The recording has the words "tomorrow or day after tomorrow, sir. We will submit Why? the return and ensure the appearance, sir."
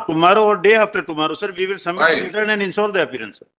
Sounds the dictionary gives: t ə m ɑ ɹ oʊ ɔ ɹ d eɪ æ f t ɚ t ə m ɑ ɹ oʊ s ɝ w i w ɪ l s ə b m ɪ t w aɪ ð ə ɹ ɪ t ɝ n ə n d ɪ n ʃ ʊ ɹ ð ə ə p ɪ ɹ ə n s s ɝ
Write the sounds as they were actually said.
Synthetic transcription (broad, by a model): t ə m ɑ ɹ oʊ ɔ ɹ d eɪ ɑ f t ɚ t ə m ɑ ɹ oʊ s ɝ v i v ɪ l s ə m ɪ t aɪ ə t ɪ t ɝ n ə n d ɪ n s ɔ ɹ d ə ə p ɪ ɹ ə n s s